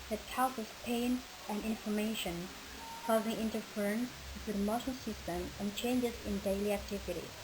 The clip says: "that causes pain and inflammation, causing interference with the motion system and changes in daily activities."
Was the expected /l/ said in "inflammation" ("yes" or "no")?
no